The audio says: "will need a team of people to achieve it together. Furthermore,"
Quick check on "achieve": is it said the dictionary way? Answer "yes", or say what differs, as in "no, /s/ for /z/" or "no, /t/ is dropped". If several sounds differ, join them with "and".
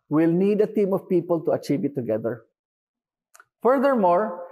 yes